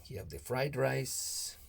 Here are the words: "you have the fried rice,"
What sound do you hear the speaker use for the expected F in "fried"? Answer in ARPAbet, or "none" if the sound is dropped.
F